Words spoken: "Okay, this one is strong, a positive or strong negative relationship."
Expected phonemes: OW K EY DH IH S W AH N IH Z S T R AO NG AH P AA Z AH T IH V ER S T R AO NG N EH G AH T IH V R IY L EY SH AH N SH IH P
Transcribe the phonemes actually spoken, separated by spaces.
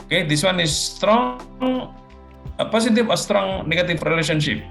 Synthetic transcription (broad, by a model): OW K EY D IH S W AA N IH S T R AO NG AH P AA S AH T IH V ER S T R AO NG N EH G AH T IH F R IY L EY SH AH N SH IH P